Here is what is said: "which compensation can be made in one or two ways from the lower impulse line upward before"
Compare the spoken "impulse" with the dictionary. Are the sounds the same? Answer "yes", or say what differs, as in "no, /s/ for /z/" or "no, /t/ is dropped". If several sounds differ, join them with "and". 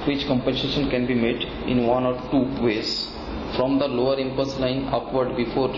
no, /l/ is dropped